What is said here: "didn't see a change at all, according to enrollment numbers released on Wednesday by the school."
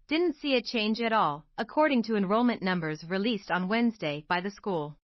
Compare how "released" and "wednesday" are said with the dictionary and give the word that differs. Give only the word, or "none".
none